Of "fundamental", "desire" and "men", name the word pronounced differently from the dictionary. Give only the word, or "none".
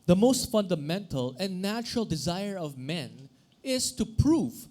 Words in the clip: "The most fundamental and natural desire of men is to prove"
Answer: none